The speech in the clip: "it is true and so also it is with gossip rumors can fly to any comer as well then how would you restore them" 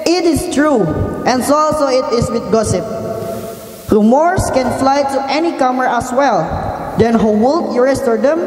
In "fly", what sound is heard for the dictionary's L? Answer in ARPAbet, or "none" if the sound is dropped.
L